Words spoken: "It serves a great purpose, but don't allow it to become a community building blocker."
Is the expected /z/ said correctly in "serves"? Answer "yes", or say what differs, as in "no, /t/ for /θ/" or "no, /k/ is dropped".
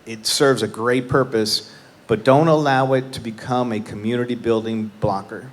yes